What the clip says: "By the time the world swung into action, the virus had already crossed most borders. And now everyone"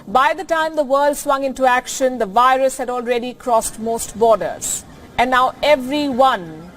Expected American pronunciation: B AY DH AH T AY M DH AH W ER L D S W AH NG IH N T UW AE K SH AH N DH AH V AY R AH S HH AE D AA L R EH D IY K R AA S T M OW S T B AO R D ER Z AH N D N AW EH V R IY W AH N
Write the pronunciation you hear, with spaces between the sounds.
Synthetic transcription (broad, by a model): B AY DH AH T AY M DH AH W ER L D S W AH NG IH N T UW AE K SH AH N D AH V AY R AH S HH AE D AA L R EH D IY K R AA S T M OW S T B AO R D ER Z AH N N AW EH V R IY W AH N